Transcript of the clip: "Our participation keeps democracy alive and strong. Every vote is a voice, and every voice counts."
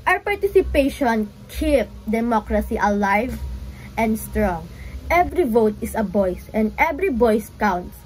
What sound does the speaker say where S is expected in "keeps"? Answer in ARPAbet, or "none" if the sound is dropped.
none